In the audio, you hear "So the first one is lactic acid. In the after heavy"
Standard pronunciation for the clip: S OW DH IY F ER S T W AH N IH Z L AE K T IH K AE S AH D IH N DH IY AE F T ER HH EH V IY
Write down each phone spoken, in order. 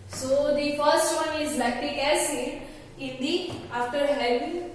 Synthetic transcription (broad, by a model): S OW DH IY F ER S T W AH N IH Z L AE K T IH EH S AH IH N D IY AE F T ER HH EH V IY